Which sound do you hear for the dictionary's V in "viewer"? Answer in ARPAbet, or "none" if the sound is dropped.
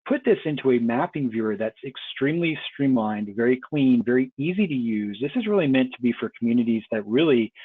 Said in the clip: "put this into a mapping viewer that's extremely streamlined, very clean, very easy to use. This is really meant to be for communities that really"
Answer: V